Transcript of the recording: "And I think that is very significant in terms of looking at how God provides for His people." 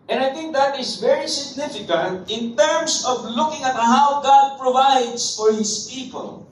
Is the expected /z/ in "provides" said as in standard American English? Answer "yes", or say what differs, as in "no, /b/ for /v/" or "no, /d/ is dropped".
no, /s/ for /z/